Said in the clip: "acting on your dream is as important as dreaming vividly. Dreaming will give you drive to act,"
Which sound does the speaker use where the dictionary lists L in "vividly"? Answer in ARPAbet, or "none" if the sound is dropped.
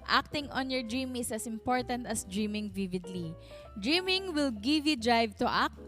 L